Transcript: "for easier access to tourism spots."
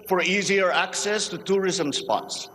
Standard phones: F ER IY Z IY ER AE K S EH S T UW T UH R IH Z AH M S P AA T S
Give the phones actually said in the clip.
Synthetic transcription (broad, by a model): F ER IY Z IY ER AE K S EH S T UW T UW R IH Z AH M S P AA T S